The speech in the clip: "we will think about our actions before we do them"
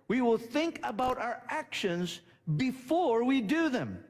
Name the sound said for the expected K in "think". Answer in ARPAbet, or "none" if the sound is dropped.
K